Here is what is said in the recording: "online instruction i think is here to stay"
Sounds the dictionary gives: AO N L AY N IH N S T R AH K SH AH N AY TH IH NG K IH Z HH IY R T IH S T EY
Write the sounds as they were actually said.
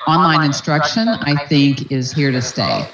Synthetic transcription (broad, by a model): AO N L AY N IH N S T R AH K SH AH N AY TH IH NG K IH Z HH IY R T IH S T EY